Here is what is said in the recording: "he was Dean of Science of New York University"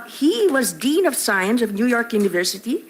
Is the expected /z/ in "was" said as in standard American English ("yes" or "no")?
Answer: yes